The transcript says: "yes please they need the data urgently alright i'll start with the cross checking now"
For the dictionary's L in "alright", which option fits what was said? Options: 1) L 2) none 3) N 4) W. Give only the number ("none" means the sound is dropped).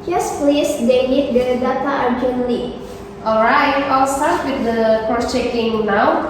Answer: 1